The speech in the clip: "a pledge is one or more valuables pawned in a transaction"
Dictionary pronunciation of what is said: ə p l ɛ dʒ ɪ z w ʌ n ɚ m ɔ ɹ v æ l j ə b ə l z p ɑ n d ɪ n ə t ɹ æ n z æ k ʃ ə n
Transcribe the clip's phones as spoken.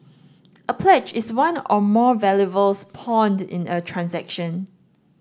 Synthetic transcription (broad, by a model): ə p l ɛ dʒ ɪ s w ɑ n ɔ m ɔ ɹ v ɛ l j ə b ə l s p ɑ n d ɪ n ə t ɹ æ n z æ k ʃ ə n